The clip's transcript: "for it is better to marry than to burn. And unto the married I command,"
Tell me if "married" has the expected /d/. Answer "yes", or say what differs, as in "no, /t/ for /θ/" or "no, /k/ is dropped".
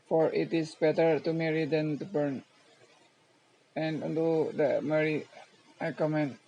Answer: no, /d/ is dropped